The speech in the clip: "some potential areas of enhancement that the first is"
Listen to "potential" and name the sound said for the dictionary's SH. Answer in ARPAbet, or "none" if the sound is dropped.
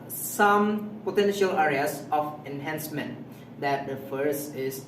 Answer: SH